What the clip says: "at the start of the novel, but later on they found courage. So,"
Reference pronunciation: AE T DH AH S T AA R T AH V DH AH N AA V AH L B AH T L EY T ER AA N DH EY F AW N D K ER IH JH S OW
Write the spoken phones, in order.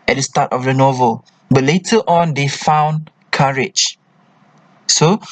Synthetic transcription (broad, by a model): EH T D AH S T AA T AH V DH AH N AA V AH L B AH T L EY T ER AA N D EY F AW N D K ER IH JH S OW